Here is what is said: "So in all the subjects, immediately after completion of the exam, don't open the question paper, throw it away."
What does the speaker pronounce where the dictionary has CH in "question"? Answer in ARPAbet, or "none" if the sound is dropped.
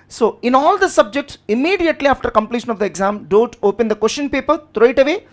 SH